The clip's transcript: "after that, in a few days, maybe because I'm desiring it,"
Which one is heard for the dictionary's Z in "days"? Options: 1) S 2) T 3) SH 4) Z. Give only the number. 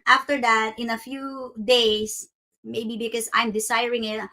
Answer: 1